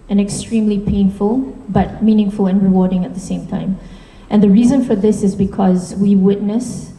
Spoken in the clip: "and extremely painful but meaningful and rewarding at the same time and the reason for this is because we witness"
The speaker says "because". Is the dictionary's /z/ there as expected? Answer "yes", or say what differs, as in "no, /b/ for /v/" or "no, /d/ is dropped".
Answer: yes